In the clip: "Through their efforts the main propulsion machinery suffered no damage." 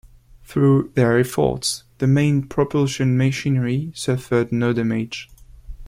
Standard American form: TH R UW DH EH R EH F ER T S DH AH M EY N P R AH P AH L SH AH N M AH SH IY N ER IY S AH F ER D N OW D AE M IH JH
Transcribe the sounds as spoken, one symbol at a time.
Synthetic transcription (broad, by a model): TH R UW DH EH R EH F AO T S DH AH M EY N P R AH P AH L SH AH N M AH SH IY N ER IY S AH F ER D N OW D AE M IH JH